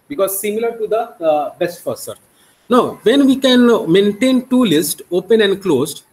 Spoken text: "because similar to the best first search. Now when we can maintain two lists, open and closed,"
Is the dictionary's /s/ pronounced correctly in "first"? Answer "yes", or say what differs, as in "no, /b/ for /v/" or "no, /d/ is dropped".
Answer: no, /s/ is dropped